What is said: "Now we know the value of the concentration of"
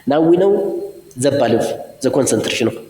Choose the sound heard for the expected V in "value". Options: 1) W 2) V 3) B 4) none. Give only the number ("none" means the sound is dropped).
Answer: 3